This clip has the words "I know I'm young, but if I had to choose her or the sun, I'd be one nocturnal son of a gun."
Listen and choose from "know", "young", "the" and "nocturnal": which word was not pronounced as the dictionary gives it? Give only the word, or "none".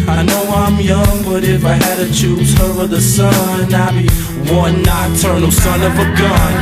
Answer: nocturnal